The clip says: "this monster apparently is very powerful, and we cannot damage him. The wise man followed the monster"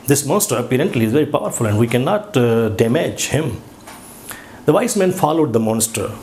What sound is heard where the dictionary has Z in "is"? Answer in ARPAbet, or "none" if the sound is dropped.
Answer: Z